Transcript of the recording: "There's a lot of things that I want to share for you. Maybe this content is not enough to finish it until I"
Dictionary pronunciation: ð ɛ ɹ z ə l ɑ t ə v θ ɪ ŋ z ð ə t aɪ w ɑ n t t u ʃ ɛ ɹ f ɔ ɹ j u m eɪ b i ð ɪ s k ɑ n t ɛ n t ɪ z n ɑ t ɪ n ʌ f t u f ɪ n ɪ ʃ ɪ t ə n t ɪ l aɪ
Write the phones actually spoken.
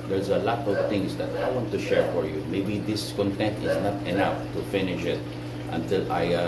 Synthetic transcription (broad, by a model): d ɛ ɹ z ə l ɑ t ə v t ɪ ŋ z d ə t aɪ w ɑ n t t u ʃ ɛ ɹ f ɔ ɹ j u m eɪ b i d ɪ s k ɑ n t ɛ n t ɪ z n ɑ t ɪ n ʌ f t u f ɪ n ɪ ʃ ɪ t ə n t ɪ l aɪ